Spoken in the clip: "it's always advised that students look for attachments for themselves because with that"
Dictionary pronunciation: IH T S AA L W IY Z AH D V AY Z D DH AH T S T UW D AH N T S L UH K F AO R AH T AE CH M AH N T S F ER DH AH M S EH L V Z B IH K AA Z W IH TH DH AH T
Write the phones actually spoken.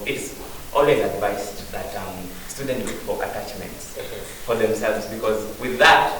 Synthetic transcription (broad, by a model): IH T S AA L W IY Z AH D V AY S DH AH T S T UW D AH N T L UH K F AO R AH T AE CH M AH N T S F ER DH AH M S EH L V Z B IH K AA Z W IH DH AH T